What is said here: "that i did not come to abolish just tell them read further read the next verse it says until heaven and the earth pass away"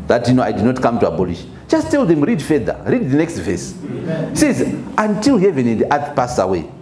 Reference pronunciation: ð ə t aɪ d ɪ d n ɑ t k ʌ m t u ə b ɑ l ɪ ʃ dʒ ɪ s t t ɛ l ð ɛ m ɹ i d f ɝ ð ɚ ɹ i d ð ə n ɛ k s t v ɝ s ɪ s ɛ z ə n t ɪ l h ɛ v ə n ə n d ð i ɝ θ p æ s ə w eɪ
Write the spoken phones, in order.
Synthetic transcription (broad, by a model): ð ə t aɪ d ɪ d n ɑ t k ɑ m t u ə b ɑ l ɪ ʃ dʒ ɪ s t t ɛ l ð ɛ m ɹ i d f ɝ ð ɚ ɹ i d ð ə n ɛ k s t v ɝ s s ɛ z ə n t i l h ɛ v ə n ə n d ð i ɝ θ p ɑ s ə w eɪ